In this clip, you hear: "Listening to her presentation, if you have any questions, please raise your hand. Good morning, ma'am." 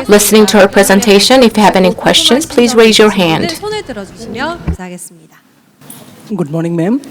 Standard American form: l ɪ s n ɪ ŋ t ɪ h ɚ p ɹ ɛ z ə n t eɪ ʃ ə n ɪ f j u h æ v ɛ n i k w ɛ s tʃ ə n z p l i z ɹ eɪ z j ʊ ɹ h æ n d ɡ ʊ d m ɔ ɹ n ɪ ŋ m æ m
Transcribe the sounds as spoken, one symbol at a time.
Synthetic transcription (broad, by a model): l ɪ s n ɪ ŋ t ɪ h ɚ p ɹ ɛ z ə n t eɪ ʃ ə n ɪ f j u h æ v ɛ n i k w ɛ s tʃ ə n z p l i z ɹ eɪ z j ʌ ɹ h æ n d ɡ ʊ d m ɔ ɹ n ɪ ŋ m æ m